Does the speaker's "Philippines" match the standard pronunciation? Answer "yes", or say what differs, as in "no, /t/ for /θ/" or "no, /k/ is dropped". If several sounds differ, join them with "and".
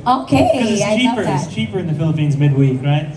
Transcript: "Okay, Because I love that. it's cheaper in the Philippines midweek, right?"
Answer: yes